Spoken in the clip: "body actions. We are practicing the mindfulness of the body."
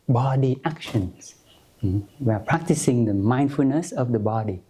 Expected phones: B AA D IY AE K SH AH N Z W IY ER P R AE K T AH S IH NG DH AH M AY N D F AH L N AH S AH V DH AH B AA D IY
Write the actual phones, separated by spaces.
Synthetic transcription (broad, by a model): B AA D IY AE K SH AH N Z W IY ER P R AE K T AH S IH NG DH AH M AY N D F AH L N AH S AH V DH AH B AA D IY